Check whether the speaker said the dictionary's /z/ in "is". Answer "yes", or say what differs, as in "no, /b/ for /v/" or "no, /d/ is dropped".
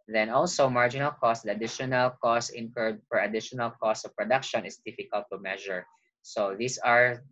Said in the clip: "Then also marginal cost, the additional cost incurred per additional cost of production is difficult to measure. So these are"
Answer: no, /s/ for /z/